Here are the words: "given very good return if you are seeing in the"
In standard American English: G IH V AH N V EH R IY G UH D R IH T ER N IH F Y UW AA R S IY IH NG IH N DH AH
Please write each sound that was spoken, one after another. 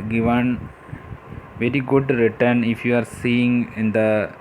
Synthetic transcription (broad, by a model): G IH V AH N V EH R IY G UH D R IH T ER N IH F Y UW AA R S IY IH NG IH N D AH